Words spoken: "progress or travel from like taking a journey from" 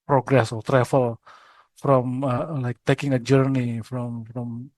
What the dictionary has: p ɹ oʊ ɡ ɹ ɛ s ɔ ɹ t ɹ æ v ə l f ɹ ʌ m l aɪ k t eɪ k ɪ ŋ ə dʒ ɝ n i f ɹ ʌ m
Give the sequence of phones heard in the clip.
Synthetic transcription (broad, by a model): p ɹ oʊ ɡ ɹ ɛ s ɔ l t ɹ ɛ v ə l f ɹ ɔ m l aɪ k t eɪ k ɪ ŋ ə dʒ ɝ n i f ɹ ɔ m